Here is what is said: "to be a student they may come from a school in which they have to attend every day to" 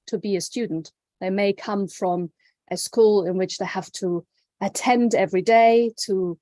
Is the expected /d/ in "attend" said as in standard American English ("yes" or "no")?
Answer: yes